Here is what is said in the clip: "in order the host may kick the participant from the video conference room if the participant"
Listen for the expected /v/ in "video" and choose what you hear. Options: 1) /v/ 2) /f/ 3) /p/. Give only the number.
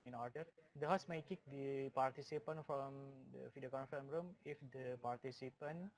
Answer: 2